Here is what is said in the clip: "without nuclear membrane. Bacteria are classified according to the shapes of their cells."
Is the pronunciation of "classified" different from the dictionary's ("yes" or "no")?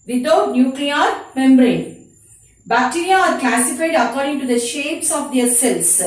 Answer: yes